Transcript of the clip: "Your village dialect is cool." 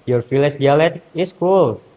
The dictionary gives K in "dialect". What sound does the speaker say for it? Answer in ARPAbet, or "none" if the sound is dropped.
none